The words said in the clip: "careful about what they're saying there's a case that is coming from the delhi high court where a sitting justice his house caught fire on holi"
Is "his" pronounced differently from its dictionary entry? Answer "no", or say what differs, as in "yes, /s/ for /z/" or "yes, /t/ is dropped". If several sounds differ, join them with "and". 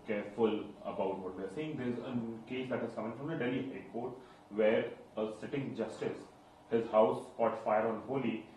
no